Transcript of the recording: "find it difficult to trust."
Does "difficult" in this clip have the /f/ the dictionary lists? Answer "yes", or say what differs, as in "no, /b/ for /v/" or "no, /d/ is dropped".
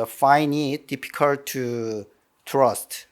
no, /p/ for /f/